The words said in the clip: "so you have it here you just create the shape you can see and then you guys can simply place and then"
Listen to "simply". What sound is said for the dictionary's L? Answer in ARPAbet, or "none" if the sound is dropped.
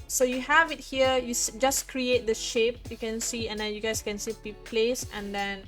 none